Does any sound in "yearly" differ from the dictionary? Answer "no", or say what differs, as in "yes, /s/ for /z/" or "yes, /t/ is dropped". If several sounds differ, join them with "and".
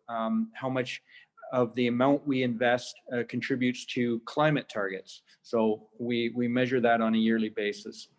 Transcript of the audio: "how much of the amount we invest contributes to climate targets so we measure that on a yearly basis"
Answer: no